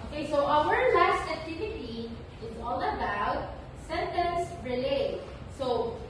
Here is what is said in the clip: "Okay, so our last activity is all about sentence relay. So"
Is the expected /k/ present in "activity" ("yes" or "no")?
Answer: yes